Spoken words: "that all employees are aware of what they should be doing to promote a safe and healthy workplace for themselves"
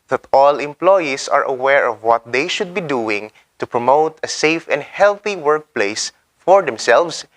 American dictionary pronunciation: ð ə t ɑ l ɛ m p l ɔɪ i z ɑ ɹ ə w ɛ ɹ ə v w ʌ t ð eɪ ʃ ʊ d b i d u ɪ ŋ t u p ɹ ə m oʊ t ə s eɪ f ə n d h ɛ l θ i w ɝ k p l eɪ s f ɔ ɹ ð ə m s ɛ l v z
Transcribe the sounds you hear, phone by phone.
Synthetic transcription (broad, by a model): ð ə t ɑ l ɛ m p l ɔɪ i s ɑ ɹ ə w ɛ ɹ ə v w ʌ t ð eɪ ʃ ʊ d b i d u ɪ ŋ t u p ɹ ə m oʊ t ə s eɪ f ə n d h ɛ l θ i w ɝ k p l eɪ s f ɔ ɹ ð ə m s ɛ l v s